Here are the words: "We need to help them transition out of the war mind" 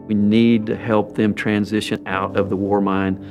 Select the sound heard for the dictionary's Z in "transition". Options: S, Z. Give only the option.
Z